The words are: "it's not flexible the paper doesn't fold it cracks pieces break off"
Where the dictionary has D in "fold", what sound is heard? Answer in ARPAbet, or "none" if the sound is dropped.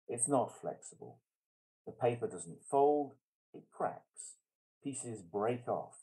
D